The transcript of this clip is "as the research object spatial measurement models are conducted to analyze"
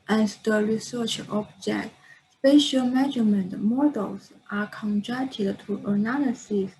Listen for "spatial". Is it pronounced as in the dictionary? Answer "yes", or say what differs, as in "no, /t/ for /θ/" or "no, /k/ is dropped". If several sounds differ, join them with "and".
yes